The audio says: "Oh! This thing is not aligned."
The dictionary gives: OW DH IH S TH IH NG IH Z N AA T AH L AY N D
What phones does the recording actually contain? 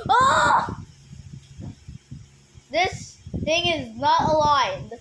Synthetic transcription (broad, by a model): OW DH IH S TH IH NG IH Z N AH T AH L AY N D